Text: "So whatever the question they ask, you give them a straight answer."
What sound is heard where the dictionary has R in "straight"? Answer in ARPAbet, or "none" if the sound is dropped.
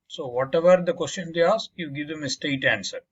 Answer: none